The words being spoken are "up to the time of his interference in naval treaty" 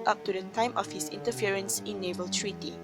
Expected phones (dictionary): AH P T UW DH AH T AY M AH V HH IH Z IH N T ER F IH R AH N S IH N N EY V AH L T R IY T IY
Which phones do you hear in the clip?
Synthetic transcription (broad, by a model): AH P T UW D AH T AY M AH F HH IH S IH N T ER F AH R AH N S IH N N EY V AH L T R IY T IY